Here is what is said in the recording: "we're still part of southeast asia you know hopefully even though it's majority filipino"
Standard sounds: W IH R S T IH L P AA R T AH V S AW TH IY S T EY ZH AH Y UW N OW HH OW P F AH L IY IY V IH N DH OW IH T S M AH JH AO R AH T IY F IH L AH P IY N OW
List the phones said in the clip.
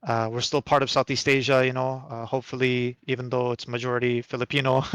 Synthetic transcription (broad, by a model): W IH R S T IH L P AA R T AH V S AW TH IY S T EY ZH AH Y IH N OW HH OW P F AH L IY IY V IH N DH OW IH T S M AH JH AO R AH T IY F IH L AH P IY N OW